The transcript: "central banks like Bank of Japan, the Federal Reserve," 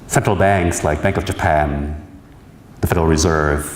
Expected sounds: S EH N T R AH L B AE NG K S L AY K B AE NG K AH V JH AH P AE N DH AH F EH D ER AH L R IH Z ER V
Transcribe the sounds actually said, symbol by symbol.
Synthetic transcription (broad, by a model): S EH N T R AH L B AE NG K S L AY K B AE NG K AH V JH AH P AE N DH AH F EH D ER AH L R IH Z ER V